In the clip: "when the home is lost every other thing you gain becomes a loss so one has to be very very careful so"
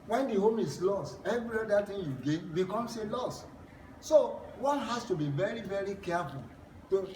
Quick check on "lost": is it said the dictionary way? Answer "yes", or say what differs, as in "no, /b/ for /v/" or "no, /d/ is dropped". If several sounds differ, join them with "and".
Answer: yes